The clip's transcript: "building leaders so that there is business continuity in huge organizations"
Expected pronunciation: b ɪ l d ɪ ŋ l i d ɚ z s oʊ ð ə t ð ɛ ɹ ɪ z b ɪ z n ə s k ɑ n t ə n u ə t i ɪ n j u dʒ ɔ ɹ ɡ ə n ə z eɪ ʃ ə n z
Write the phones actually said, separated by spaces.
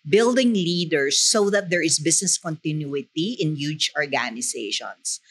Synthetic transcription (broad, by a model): b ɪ l d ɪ ŋ l i d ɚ s oʊ ð ə t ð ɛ ɹ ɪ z b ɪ s n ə s k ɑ n t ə n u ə t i ɪ n j u dʒ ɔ ɹ ɡ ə n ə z eɪ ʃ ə n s